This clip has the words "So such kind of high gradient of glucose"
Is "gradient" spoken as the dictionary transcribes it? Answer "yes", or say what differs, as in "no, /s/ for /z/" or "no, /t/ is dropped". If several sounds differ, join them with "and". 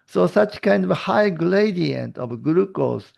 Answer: no, /l/ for /ɹ/